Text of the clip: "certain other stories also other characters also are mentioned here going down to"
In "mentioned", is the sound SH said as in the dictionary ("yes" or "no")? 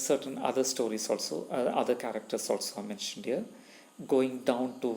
yes